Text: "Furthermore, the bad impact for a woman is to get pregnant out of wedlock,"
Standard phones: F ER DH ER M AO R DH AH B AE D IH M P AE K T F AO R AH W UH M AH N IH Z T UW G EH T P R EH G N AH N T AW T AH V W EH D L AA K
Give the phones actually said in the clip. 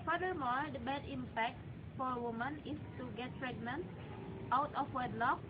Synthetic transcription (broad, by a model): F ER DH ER M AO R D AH B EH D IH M P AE K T F AO R AH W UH M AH N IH S T UW G EH T P R EH G N AH N T AW T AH F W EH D L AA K